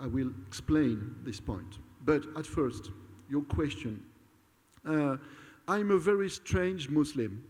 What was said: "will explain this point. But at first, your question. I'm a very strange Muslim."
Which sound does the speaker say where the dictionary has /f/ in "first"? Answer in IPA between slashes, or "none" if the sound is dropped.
/f/